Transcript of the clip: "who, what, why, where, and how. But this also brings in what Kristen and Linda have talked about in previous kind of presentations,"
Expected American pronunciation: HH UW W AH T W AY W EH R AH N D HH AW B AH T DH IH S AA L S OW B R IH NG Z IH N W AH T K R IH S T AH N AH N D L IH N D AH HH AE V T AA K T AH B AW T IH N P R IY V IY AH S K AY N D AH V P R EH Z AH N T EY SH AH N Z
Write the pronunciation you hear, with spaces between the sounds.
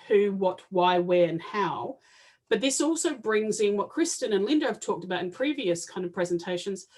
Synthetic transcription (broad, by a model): HH UW W AH T W AY W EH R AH N HH AW B AH T DH IH S AA L S OW B R IH NG Z IH N W AH T K R IH S T AH N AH N L IH N D AH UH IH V T AA K T AH B AW T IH N P R IY V IY AH S K AY N D AH V P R EH Z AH N T EY SH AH N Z